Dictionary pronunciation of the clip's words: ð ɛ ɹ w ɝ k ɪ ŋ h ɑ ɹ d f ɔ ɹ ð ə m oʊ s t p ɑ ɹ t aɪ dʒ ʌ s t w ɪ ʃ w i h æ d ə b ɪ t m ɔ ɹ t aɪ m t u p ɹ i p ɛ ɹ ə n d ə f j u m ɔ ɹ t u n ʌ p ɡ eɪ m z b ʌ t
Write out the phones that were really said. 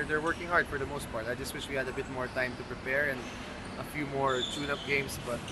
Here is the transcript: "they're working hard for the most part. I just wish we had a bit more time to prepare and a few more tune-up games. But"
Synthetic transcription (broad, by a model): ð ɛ ɹ w ɝ k ɪ ŋ h ɑ ɹ d f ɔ ɹ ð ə m oʊ s t p ɑ ɹ t aɪ dʒ ʌ s t w ɪ ʃ w i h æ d ə b ɪ t m ɔ ɹ t aɪ m t u p ɹ i p ɛ ɹ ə n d ə f j u m ɔ ɹ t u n ʌ p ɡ eɪ m s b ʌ t